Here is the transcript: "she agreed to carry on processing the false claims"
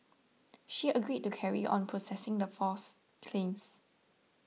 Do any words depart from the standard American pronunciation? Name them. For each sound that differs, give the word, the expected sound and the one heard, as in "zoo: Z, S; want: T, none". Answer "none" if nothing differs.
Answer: false: L, none; claims: Z, S